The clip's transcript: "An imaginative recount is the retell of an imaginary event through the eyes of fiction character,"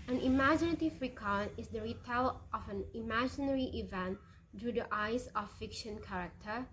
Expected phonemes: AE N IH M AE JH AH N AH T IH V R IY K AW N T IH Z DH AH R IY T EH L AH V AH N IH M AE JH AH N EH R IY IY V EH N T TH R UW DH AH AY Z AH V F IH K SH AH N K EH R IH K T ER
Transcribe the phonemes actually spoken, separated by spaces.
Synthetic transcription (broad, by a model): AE N IH M AE JH AH N AH T IH V R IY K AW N IH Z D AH R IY T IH L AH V AH N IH M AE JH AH N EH R IY IY V EH N T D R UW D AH AY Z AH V F IH K SH AH N K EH R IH K T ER